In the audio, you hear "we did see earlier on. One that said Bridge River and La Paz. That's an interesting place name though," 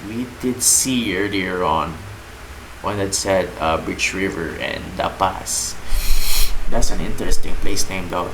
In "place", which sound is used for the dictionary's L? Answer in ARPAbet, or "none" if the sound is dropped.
L